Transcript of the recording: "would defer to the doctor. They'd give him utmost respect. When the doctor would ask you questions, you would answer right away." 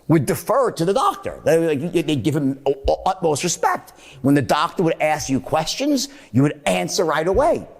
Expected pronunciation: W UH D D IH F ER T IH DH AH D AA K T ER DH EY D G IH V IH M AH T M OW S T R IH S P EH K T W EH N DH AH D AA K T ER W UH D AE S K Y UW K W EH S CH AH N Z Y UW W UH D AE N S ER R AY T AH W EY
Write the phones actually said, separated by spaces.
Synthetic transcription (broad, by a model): W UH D D IH F ER T IH DH AH D AA K T ER DH EY D G IH V IH M AH T M OW S T R IH S P EH K T W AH N DH AH D AA K T ER W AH D AE S K Y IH K W EH S CH AH N Z Y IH W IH D AE N S ER R AY T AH W EY